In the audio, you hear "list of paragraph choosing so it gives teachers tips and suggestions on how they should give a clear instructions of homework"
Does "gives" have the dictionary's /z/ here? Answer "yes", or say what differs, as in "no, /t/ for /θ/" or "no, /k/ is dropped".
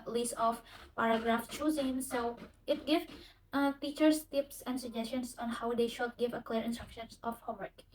no, /z/ is dropped